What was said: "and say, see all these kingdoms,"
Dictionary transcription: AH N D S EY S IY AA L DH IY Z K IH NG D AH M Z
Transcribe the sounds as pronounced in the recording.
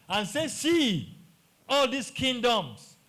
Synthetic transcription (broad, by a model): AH N S EY S IY AA L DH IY S K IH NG D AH M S